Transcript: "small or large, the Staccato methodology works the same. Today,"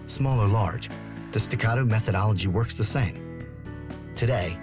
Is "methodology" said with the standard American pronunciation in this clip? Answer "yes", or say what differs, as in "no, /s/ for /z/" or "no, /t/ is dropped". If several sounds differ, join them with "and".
yes